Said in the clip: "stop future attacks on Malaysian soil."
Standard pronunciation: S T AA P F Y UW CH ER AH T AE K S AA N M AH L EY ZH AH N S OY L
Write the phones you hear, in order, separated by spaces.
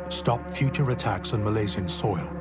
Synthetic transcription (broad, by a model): S T AA P F Y UW CH ER AH T AE K S N M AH L EY Z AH N S OY L